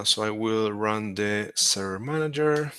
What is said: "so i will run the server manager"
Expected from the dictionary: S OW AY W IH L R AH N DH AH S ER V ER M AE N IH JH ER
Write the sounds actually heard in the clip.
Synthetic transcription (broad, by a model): S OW AY W IH L R AH N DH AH S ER ER M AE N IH JH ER